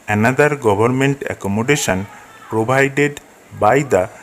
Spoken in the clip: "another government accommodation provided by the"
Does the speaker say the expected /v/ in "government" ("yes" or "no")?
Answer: no